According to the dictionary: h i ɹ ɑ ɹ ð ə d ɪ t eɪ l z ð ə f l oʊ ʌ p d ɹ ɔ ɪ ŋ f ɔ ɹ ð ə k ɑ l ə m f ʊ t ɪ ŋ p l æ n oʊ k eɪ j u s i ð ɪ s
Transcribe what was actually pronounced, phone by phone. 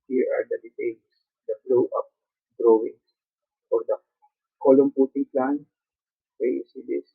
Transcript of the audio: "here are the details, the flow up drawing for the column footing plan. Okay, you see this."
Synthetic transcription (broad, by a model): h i ɹ ɑ ɹ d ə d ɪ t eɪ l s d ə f l oʊ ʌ p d ɹ ɔ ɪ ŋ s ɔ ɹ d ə k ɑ l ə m p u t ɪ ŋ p l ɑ n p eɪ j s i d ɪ s